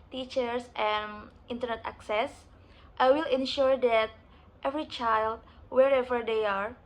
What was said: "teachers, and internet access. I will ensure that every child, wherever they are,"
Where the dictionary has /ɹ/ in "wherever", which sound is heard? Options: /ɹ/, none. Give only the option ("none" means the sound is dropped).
/ɹ/